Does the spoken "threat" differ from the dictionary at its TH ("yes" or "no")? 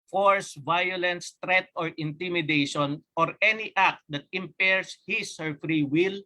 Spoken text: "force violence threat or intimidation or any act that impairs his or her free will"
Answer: yes